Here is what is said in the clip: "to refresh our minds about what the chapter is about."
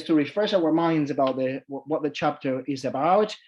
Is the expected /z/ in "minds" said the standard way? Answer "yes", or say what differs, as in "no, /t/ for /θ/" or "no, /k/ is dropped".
yes